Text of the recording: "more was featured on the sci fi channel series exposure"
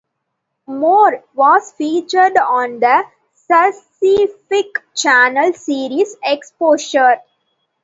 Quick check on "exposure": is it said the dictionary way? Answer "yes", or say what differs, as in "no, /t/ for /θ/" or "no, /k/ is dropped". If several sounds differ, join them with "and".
no, /ʃ/ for /ʒ/